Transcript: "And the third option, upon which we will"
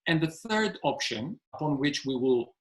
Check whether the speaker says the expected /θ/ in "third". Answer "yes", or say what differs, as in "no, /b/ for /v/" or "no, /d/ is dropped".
yes